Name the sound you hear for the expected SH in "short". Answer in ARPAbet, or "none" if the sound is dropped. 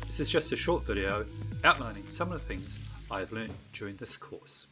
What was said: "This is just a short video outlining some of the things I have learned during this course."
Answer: SH